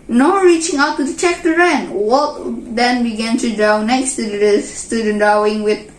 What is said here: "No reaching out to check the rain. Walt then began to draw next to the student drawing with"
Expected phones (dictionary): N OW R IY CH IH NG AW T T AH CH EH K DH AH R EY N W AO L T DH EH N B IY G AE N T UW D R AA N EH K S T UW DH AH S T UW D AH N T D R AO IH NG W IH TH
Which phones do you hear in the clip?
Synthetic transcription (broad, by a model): N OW R IY CH IH NG AW T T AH CH EH K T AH R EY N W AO T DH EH N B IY G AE N T UW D R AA N EH K S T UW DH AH S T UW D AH N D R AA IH NG W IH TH